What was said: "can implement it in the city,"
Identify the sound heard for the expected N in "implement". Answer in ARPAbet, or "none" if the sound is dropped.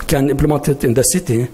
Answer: none